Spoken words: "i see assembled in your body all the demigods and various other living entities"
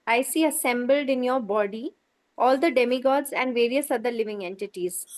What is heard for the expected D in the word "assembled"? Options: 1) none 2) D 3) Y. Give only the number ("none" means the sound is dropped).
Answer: 2